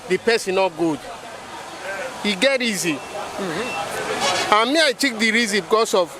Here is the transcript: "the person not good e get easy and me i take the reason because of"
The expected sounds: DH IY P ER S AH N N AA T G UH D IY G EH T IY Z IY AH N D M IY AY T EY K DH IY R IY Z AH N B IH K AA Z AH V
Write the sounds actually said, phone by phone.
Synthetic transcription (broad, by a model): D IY P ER S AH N N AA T G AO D IY G EH T IY Z IY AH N M IY AY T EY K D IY R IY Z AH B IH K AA S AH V